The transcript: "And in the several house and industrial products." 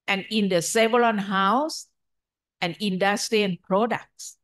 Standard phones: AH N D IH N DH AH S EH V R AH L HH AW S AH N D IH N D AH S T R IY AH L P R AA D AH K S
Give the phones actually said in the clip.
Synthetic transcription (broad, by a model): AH N IH N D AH S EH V L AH N HH AW S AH N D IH N D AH S T R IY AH N P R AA D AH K S